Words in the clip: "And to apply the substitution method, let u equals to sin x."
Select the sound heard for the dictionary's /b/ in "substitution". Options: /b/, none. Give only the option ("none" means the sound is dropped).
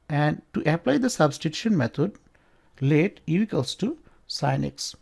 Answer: /b/